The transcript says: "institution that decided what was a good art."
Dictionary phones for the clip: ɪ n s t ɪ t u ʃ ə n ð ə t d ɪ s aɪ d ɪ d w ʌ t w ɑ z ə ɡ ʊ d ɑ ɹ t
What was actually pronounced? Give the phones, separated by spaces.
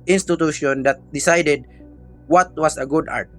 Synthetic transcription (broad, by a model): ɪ n s t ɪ t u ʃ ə n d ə t d ɪ s aɪ d ɪ d w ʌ t w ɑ s ə ɡ ʊ d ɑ ɹ t